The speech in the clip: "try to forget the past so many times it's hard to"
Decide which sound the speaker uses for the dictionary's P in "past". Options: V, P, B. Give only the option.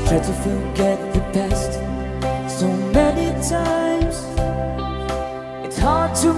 B